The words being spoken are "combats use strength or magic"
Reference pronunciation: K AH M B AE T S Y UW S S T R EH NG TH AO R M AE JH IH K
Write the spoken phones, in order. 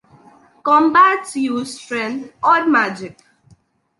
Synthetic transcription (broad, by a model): K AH M B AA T Y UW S S T R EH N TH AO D M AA JH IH K